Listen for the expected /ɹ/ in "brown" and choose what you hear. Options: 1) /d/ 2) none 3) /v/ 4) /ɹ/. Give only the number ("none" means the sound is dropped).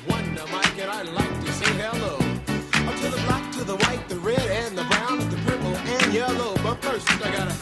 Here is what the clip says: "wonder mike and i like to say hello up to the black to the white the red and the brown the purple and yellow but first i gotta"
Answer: 2